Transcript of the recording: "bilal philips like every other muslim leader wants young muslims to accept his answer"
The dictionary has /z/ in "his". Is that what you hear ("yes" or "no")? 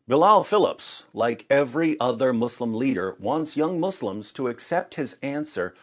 yes